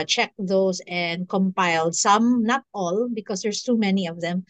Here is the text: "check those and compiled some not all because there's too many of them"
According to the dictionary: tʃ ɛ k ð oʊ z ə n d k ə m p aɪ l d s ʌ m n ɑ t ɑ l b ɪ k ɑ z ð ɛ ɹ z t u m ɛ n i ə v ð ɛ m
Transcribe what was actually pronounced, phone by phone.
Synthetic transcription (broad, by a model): tʃ ɛ k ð oʊ s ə n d k ə m p aɪ l d s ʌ m n ɑ t ɑ l b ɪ k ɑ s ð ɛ ɹ s t u m ɛ n i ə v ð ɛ m